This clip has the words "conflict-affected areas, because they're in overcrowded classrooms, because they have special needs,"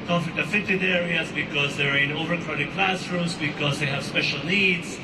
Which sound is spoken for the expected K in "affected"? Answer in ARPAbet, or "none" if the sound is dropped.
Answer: none